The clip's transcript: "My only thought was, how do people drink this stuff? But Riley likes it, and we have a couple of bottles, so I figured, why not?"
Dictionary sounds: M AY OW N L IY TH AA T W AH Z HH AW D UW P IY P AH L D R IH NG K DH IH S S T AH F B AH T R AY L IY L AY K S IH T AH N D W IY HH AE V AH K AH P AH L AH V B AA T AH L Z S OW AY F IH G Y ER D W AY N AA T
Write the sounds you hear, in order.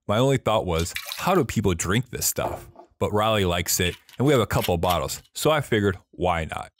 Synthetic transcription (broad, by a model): M AY OW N L IY TH AA T W AH Z HH AW D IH P IY P L D R IH NG K DH IH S S T AH F B AH T R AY L IY L AY K S IH T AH N W IY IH V AH K AH P L B AA T L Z S OW AY F IH G Y ER D W AY N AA T